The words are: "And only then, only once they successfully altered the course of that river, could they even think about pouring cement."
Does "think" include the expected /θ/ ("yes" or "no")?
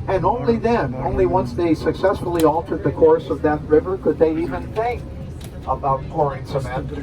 yes